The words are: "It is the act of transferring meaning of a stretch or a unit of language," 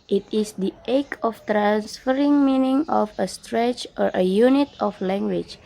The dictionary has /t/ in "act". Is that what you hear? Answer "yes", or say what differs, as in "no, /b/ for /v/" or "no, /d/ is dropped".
no, /t/ is dropped